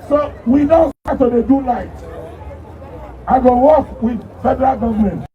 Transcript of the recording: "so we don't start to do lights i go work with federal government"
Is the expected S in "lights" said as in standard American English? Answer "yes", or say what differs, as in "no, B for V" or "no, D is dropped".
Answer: no, S is dropped